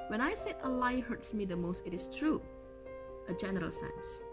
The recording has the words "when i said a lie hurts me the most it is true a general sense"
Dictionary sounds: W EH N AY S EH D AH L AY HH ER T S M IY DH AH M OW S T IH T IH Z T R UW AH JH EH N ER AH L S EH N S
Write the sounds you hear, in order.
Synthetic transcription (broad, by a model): W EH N AY S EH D AH L AY HH ER T S M IY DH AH M OW S T IH T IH S T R UW AH JH EH N ER AH L S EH N S